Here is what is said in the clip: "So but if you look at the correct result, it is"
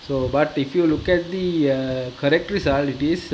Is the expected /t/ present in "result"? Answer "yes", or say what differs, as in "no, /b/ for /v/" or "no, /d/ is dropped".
no, /t/ is dropped